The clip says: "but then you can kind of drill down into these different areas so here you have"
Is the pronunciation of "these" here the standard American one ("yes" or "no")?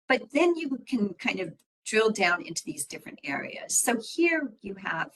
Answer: yes